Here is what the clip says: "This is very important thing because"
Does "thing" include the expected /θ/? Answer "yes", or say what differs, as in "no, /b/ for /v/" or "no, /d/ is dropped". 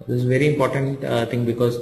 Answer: no, /t/ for /θ/